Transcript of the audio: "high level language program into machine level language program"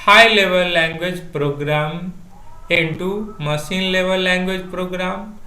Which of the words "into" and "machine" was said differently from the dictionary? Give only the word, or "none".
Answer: machine